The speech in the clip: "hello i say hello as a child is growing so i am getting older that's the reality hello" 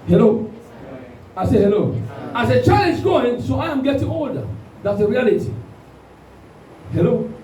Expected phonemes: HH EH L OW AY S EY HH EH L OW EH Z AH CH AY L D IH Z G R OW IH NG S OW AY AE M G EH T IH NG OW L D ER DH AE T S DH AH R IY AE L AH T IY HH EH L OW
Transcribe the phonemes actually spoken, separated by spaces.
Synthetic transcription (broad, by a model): HH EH L OW AY S EY HH EH L OW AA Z AH CH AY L IH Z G OW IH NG S OW AY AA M G EH T IH NG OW D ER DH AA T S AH R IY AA L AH T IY HH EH L OW